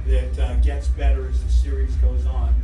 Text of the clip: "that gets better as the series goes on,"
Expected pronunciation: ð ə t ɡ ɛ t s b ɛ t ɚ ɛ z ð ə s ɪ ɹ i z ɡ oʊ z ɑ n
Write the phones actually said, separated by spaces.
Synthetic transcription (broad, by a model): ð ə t ɡ ɛ t s b ɛ t ɚ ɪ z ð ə s ɪ ɹ i z ɡ oʊ z n